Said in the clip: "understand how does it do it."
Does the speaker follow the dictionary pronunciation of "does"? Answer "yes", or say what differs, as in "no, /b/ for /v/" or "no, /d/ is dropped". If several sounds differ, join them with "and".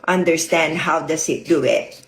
no, /s/ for /z/